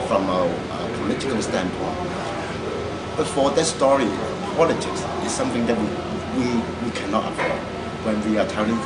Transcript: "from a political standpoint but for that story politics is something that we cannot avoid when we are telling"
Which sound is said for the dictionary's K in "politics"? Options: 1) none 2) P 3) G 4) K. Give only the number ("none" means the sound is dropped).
4